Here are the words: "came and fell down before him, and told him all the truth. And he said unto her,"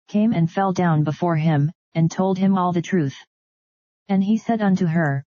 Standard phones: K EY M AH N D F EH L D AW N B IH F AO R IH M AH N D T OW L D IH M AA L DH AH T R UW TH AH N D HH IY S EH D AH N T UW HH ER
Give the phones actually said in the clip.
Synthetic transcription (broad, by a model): K EY M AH N F EH L D AW N B IH F AO R IH M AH N T OW L D IH M AA L DH AH T R UW TH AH N IY S EH D AH N T UW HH ER